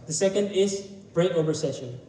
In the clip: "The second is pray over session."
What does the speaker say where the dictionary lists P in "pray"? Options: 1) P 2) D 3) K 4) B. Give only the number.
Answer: 4